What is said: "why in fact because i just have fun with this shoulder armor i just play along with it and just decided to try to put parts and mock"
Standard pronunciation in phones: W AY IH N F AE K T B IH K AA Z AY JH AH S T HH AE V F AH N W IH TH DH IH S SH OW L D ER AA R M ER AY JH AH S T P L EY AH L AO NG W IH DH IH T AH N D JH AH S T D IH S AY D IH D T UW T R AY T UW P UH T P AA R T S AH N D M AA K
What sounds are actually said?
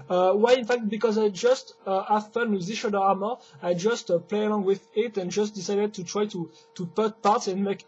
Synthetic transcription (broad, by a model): W AY IH N F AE K T B IH K AA Z AY JH AH S T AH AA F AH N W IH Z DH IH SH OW D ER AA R M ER AY JH AH S T P L EY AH L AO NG W IH DH IH T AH N JH AH S T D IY S AY D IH D T UW T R AY T UW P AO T P AA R T S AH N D M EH K